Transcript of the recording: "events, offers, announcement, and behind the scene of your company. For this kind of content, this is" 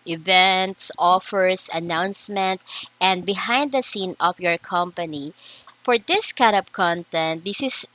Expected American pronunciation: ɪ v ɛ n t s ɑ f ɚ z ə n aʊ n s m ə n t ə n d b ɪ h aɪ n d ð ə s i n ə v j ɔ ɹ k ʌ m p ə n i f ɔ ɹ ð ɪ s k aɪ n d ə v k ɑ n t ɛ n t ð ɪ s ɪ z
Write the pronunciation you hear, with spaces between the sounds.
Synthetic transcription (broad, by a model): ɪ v ɛ n t s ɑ f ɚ s ə n aʊ n s m ə n t ə n d b ɪ h aɪ n d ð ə s i n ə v j ɔ ɹ k ʌ m p ə n i f ɔ ɹ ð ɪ s k aɪ n d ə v k ɑ n t ɛ n t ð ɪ s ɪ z